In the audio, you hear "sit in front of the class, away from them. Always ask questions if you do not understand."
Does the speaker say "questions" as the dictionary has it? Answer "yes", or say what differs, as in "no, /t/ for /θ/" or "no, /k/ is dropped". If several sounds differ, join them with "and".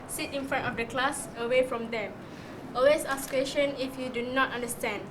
no, /z/ is dropped